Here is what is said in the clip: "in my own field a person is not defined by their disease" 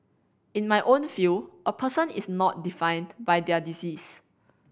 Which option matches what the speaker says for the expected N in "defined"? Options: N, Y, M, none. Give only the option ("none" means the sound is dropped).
N